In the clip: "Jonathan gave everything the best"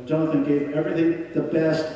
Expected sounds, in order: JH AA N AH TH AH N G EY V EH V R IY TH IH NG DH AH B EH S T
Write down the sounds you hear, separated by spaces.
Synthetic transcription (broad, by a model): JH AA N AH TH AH N G EY V EH V R IY TH IH NG DH AH B EH S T